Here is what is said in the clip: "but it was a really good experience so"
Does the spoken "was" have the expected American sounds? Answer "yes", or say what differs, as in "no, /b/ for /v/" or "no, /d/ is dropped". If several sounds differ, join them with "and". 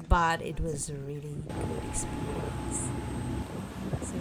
yes